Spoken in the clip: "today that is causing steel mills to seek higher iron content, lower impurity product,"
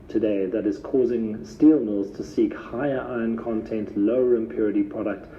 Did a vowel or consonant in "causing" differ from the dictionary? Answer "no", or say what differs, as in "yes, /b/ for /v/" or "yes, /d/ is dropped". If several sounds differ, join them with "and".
no